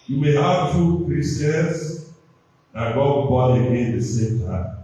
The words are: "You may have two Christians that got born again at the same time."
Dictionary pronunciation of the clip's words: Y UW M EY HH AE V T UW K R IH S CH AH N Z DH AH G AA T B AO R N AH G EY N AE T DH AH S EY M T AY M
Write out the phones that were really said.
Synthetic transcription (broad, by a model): Y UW M EY HH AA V T UW K R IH S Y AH N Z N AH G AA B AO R AH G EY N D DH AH S EY M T AY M